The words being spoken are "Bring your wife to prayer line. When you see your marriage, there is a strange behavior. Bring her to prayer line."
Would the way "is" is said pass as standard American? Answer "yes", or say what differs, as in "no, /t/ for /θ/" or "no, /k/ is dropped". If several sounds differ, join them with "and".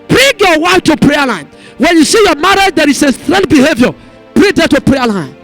no, /s/ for /z/